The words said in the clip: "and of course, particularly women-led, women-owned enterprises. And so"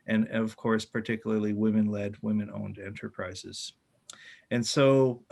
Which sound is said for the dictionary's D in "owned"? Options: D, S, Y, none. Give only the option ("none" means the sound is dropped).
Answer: D